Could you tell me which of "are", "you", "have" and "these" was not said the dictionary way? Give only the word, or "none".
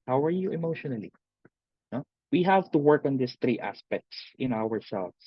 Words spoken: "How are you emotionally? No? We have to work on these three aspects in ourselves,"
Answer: these